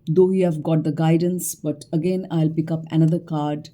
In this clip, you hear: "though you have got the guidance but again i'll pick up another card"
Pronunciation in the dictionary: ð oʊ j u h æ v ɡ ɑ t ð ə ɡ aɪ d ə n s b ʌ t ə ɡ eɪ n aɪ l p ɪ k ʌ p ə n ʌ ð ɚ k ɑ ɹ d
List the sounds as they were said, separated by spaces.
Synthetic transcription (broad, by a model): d oʊ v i h æ v ɡ ɑ t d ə ɡ aɪ d ə n s b ʌ t ə ɡ eɪ n aɪ l p ɪ k ʌ p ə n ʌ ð ɚ k ɑ ɹ d